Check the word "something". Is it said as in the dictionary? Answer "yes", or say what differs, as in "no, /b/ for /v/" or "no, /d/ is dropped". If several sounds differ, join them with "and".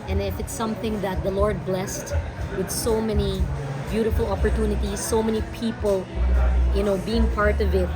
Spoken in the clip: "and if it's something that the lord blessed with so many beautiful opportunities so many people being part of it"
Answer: yes